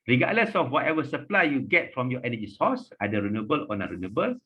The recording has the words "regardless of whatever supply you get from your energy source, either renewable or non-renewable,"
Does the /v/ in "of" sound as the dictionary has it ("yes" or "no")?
no